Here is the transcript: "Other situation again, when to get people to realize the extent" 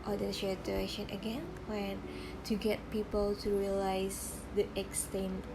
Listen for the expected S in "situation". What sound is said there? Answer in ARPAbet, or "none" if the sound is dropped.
SH